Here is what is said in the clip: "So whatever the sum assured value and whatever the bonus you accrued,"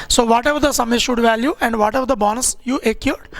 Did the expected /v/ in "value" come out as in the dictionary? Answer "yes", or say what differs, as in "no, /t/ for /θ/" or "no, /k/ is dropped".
yes